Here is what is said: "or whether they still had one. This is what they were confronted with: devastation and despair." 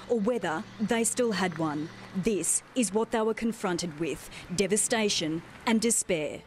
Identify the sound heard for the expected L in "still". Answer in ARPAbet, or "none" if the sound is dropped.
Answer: L